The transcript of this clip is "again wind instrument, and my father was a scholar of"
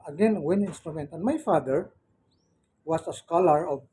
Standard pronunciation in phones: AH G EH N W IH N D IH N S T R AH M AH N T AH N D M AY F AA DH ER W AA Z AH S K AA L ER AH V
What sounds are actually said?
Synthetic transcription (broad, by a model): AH G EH N W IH N IH N S T R AH M AH N T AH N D M AY F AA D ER W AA S AH S K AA L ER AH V